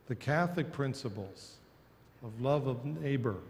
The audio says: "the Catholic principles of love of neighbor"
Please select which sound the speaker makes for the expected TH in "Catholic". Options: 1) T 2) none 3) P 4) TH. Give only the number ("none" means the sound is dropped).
4